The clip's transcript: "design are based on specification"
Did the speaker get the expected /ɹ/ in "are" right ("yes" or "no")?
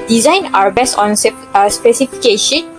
no